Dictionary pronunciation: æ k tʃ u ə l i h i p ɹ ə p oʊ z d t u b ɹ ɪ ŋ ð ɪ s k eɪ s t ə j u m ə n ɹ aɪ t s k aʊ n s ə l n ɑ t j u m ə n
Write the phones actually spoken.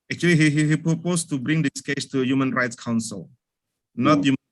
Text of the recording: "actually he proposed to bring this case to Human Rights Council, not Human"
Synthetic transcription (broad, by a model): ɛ k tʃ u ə l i h i p ɹ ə p oʊ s t u b ɹ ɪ ŋ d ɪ s k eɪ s t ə j u m ə n ɹ aɪ t s k aʊ n s ə l n ɑ t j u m